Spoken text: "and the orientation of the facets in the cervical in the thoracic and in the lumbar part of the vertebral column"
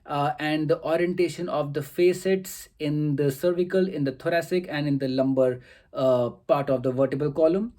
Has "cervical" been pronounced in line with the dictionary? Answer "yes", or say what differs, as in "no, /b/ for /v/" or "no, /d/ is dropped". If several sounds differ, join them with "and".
yes